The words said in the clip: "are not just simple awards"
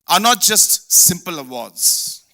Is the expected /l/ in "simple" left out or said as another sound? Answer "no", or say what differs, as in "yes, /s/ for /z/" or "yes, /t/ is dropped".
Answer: no